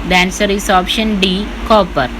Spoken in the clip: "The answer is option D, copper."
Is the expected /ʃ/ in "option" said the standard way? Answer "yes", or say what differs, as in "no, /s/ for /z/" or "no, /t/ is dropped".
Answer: yes